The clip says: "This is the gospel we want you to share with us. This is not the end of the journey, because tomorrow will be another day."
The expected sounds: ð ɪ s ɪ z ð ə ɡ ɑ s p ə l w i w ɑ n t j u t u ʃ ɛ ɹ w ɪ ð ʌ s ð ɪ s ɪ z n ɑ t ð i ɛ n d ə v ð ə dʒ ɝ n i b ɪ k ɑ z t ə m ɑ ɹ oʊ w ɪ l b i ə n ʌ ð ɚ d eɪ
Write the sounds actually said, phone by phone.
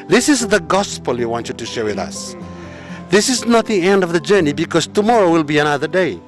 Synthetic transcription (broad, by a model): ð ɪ s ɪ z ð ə ɡ ɑ s p ə l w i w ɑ n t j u t u ʃ ɛ ɹ w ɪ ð ʌ s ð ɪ s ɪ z n ɑ t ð i ɛ n d ə v ð ə dʒ ɝ n i b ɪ k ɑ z t ə m ɑ ɹ oʊ w ɪ l b i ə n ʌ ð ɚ d eɪ